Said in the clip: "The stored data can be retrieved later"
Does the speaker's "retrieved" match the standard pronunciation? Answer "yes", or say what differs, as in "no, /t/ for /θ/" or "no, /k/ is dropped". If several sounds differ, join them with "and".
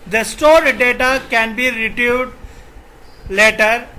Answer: no, /ɹ/ is dropped and /v/ is dropped